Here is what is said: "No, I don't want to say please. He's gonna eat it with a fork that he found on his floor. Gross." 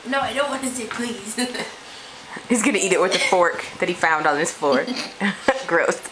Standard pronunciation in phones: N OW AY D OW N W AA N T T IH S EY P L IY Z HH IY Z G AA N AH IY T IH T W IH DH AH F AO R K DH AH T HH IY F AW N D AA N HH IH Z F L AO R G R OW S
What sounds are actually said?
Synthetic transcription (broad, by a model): N OW AY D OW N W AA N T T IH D P L IY Z HH IY Z G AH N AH IY T IH T W IH DH AH F AO R K DH AH T HH IY F AW N D N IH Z F AO R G R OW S